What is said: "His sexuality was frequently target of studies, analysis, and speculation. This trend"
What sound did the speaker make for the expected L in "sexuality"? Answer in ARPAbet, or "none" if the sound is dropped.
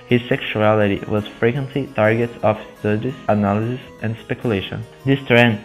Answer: L